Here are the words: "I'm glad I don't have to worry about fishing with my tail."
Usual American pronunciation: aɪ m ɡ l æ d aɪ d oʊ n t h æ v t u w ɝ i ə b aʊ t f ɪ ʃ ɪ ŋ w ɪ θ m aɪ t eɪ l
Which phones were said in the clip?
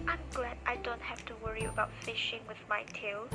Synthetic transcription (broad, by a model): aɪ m ɡ l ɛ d aɪ d oʊ n t h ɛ f t u w ɝ i ə b aʊ t f ɪ ʃ ɪ ŋ w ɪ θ m aɪ t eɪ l